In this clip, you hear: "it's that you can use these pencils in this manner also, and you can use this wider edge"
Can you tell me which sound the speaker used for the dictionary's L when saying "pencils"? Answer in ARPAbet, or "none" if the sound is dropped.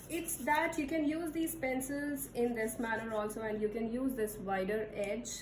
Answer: L